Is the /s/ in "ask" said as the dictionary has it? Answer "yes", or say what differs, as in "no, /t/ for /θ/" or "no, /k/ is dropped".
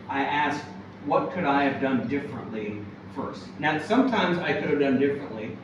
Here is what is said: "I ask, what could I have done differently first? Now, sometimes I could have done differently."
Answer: yes